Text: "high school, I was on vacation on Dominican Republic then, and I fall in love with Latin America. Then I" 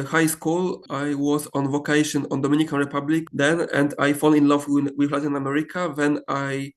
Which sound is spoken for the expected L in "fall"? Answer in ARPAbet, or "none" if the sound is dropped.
N